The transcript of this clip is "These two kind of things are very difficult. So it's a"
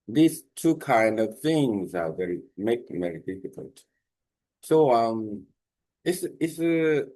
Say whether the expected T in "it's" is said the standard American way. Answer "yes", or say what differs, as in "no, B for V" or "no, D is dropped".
no, S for T